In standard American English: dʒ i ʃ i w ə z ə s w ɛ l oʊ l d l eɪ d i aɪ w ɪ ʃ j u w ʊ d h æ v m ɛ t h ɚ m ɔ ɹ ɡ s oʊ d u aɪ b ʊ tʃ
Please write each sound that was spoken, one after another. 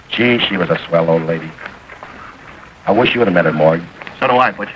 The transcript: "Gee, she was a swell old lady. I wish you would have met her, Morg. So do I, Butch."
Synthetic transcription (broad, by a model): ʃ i ʃ i w ə z ə s w ɛ l oʊ l d l eɪ d i aɪ w ɪ ʃ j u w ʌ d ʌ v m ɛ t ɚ m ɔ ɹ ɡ s oʊ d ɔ aɪ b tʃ